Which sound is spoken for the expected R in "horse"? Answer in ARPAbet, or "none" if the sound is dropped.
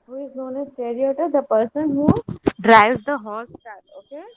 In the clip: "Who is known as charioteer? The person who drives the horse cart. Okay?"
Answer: L